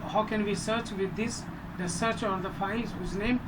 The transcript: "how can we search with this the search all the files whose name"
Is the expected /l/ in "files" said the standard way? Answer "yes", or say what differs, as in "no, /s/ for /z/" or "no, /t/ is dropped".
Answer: no, /l/ is dropped